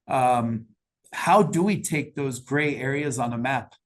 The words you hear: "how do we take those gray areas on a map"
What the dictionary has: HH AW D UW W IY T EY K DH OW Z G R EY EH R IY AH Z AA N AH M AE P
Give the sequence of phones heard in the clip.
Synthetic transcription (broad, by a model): HH AW D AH W IY T EY K DH OW Z G R EY EH R IY AH Z N AH M AE P